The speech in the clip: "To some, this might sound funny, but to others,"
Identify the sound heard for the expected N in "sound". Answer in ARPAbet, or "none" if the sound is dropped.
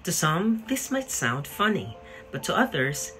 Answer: N